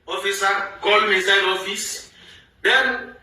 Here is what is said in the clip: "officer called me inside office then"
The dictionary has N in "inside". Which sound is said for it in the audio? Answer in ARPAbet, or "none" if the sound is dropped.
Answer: none